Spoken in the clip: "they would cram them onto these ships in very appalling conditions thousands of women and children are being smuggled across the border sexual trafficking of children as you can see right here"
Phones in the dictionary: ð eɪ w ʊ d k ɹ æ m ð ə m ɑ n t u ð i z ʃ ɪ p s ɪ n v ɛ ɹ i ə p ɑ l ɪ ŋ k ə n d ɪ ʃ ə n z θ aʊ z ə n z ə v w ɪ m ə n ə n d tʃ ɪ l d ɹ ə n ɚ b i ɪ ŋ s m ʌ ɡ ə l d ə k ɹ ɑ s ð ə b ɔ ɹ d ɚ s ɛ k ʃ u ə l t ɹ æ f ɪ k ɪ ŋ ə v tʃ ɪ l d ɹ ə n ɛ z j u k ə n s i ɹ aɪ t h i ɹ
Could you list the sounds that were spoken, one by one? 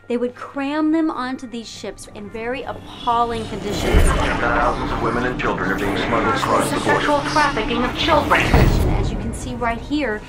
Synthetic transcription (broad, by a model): ð eɪ w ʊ d k ɹ æ m ð ə m ɑ n t u ð i z ʃ ɪ p s ɪ n v ɛ ɹ i ə p ɑ l ɪ ŋ k ə n d ɪ ʃ ə n z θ aʊ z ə n z ə v w ɪ m ə n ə n tʃ ɪ l d ɹ ə n ɚ b i ɪ ŋ s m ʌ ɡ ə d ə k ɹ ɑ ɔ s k u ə l t ɹ æ f ɪ k ɪ ŋ ə v tʃ ɪ l d ɹ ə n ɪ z j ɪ k ə n s i ɹ aɪ t h i ɹ